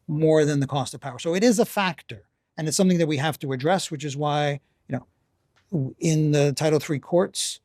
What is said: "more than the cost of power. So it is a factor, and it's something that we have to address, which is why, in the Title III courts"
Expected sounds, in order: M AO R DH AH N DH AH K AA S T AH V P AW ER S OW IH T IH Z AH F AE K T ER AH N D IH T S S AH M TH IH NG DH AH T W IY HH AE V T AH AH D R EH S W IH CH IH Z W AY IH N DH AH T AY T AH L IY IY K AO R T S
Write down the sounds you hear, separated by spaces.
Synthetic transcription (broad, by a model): M AO R DH AH N DH AH K AA S T AH V P AW ER S OW IH T IH Z AH F AE K T ER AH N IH T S S AH M TH IH NG DH AH T W IY HH AE F T AH AH D R EH S W IH CH IH Z W AY IH N DH AH T AY T L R IY K AO R T S